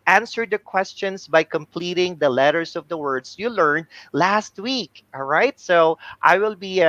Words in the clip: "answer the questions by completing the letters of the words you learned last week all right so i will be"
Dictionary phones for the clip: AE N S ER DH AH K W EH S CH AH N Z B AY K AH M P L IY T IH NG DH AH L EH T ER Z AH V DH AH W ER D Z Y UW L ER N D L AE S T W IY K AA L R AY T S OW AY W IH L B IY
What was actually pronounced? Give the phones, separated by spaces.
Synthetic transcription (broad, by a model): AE N S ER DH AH K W EH S CH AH N S B AY K AH M P L IY T IH NG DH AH L EH T ER S AH V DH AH W ER D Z Y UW L ER N D L AE S T W IY K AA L R AY T S OW AY W IH L B IY